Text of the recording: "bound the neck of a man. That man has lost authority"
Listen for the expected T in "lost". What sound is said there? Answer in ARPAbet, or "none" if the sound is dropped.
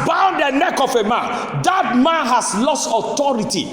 T